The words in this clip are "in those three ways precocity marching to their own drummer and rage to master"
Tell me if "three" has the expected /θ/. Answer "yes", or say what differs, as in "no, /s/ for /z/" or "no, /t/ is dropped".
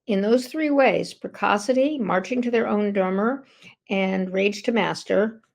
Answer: yes